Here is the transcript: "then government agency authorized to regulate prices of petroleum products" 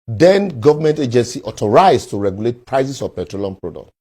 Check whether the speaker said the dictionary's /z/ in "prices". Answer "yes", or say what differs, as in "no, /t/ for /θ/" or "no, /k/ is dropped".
no, /s/ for /z/